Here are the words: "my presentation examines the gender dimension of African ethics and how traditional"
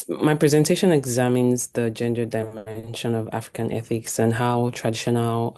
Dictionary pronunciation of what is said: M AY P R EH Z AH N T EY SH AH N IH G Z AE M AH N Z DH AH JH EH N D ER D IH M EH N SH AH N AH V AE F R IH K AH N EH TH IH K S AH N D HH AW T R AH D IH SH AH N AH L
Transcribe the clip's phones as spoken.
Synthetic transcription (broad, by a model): M AY P R EH Z AH N T EY SH AH N IH G Z AE M AH N Z DH AH JH EH N D ER D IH M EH N SH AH N AH V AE F R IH K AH N EH TH IH K S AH N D HH AW T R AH D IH SH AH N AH L